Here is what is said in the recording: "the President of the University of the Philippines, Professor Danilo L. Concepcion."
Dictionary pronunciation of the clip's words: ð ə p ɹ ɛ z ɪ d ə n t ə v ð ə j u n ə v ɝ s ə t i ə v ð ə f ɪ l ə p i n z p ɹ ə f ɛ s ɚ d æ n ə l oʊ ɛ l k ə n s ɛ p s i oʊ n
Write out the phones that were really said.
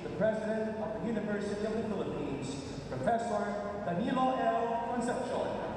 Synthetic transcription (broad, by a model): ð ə p ɹ ɛ z ɪ d ə n t ə v ð ə j u n ə v ɝ s ə t i ə v ð ə f ɪ l ə p i n z p ɹ ə f ɛ s ɚ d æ n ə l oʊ ɛ l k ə n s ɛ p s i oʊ